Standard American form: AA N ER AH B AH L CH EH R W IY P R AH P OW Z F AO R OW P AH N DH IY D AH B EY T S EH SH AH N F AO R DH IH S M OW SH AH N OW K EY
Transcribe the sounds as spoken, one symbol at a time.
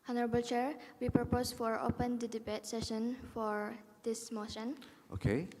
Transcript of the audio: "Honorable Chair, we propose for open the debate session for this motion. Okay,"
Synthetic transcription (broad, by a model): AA N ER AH B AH L CH EH R W IY P R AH P OW S F AO R OW P AH N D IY D AH B EY T S EH SH AH N F AO R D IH S M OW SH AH N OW K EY